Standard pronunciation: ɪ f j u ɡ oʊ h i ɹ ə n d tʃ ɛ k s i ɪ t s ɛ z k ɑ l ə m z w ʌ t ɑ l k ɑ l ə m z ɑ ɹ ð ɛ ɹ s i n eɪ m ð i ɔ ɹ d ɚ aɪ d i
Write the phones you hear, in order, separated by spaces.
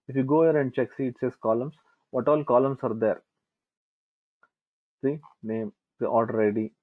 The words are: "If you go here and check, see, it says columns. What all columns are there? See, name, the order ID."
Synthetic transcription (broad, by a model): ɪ f j u ɡ oʊ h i ɹ ə n d tʃ ɛ k s i ɪ t s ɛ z k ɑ l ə m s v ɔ t ɑ l k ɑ l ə m s ɑ ɹ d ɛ ɹ s i n eɪ m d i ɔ l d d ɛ d i